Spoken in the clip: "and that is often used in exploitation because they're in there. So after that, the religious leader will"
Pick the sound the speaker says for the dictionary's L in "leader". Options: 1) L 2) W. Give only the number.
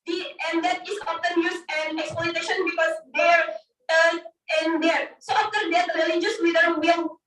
2